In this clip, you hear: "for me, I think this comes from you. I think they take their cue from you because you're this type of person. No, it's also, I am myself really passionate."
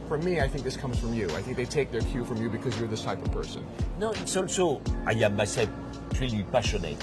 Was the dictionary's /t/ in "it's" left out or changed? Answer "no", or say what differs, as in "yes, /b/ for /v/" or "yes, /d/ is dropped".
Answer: no